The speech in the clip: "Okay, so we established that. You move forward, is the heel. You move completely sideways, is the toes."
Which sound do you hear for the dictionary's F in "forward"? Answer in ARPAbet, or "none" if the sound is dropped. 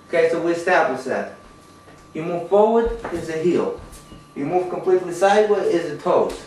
F